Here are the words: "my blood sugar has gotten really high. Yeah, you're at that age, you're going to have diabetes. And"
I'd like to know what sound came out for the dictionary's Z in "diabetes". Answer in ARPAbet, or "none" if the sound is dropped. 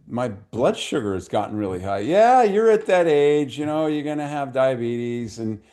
Z